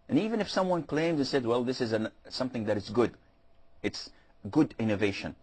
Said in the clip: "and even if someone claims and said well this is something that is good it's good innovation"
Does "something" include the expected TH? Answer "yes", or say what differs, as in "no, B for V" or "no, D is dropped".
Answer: yes